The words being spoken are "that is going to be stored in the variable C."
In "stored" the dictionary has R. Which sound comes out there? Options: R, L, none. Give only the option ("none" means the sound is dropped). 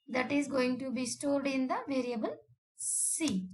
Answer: R